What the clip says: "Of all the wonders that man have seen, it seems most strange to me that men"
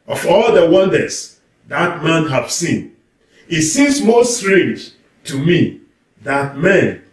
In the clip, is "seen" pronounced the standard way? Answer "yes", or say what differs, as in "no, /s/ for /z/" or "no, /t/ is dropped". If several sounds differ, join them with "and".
yes